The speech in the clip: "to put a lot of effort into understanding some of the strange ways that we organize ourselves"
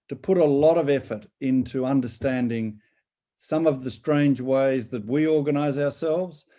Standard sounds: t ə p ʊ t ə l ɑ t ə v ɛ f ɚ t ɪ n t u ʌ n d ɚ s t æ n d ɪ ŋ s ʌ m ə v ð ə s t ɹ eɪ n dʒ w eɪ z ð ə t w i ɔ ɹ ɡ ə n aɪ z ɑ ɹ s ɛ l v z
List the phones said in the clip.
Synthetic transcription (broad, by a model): t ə p ʊ t ə l ɑ t ə v ɛ f ɚ t ɪ n t u ʌ n d ɚ s t æ n d ɪ ŋ s ʌ m ə v ð ə s t ɹ eɪ n dʒ w eɪ z ð ə t w i ɔ ɹ ɡ ə n aɪ z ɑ ɹ s ɛ l v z